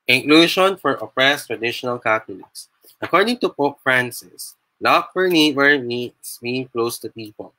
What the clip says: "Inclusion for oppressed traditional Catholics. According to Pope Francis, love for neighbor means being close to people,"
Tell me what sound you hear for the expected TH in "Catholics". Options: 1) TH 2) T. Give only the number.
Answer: 2